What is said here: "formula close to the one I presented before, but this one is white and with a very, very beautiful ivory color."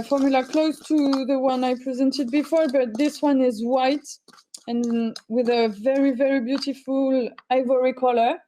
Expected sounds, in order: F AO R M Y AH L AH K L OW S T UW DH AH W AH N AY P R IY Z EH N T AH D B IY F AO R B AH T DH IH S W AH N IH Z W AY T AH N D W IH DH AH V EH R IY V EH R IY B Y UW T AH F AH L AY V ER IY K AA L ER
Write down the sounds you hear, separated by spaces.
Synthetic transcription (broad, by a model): F AO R M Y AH L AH K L OW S T UW DH AH W AH N AY P R IY Z EH N T AH D B IY F AO R B AH T DH IH S W AH N IH Z W AY T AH N W IH DH AH V EH R IY V EH R IY B Y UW T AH F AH L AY V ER IY K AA L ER